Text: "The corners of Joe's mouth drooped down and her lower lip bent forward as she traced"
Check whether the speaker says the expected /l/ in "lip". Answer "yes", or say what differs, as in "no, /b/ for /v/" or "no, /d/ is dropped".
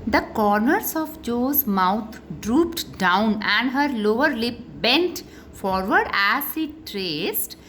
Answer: yes